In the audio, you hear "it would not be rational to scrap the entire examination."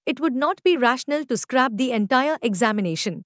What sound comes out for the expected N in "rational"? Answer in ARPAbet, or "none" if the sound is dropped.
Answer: N